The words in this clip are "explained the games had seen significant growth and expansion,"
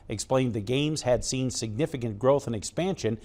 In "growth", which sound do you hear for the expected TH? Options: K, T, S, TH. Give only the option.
TH